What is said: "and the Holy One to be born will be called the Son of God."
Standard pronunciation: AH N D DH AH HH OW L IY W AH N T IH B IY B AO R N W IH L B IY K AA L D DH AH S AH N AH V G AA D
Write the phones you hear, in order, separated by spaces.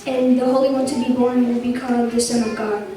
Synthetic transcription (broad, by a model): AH N DH AH HH OW L IY W AH N T IH B IY B AO R N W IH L B IY K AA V DH AH S AH N AH V G AA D